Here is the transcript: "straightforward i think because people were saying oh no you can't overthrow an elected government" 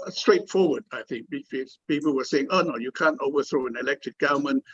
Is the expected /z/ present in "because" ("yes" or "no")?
no